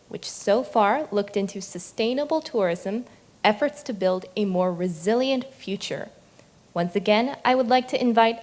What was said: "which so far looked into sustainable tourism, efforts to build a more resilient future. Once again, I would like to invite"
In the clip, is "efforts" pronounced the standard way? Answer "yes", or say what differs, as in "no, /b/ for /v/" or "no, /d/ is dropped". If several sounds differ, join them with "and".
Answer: yes